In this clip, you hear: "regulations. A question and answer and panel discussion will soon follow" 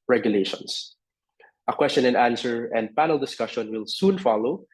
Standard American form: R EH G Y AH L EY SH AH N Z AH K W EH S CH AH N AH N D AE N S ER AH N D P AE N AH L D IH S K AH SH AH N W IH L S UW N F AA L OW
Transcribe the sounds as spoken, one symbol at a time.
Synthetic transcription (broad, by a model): R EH G Y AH L EY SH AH N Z AH K W EH S CH AH N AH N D AE N S ER AH N D P AE N AH L D IH S K AH SH AH N W IH L S UW N F AA L OW